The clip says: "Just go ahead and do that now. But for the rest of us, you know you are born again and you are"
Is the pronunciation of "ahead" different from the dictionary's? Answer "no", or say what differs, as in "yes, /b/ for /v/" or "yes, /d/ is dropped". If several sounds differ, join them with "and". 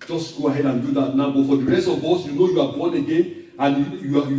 no